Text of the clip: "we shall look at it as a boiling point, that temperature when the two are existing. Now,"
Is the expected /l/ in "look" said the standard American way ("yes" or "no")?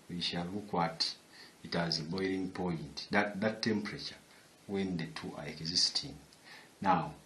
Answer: no